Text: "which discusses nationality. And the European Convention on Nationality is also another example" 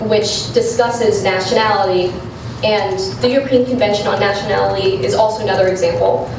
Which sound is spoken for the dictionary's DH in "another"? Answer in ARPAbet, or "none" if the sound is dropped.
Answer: DH